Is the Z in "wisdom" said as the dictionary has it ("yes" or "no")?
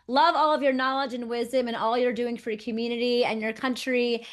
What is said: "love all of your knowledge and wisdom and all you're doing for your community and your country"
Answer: yes